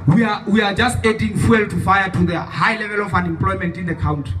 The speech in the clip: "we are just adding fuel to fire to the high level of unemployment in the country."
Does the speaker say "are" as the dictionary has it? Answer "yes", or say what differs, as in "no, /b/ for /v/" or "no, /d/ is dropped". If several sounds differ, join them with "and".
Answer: no, /w/ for /ɹ/